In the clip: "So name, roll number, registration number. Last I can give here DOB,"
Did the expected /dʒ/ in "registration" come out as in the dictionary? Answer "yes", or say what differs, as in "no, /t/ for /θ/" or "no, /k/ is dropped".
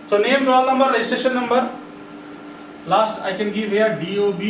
no, /dʒ/ is dropped